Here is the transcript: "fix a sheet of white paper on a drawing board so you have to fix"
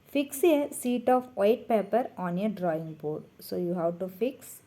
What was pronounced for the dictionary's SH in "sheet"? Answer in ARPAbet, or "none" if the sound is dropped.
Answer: S